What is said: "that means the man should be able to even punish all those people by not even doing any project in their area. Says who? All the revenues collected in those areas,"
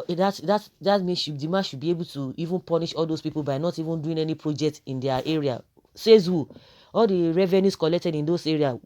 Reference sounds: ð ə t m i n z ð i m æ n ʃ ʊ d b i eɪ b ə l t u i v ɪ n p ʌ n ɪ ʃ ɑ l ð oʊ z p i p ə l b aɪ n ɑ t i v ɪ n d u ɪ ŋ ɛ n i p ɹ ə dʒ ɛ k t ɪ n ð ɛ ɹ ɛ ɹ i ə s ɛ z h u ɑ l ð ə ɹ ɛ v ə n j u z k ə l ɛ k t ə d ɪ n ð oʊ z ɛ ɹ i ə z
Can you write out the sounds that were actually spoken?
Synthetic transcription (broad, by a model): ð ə t m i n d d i m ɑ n ʃ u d b i eɪ b ə l t u i v ɪ n p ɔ n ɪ ʃ ɑ l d oʊ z p i p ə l b aɪ n ɑ t i v ɪ n d u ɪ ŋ ɛ n i p ɹ ə dʒ ɛ k t ɪ n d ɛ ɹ ɛ ɹ i ə s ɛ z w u ɑ l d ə ɹ ɛ v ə n j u s k ə l ɛ k t ə d ɪ n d oʊ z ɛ ɹ i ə